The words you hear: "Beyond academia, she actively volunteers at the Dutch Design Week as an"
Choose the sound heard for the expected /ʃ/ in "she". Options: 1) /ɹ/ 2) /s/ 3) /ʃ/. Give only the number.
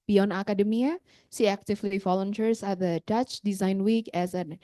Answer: 2